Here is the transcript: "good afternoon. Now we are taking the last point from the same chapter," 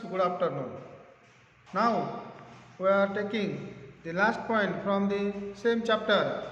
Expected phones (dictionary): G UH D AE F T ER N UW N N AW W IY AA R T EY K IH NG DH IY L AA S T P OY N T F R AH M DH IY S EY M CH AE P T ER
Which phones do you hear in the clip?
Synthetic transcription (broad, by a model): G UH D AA P T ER N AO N N AW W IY AA R T EY K IH NG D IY L AA S T P OY N T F R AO M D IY S EY M CH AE P T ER